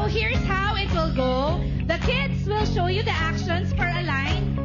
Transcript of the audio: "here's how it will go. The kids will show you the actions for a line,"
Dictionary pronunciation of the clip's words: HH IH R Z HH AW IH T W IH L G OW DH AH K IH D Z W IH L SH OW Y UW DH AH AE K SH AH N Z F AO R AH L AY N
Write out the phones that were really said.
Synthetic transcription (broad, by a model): HH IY R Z HH AW IH T W IH L G OW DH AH K IH D S W IH L SH OW Y UW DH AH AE K SH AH N S F AO R AH L AY N